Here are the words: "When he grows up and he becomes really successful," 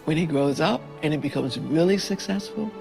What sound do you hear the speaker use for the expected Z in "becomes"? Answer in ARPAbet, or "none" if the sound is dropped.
Z